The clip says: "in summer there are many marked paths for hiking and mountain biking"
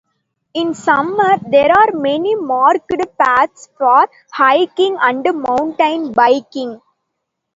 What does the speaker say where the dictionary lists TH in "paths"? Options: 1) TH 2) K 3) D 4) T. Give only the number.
4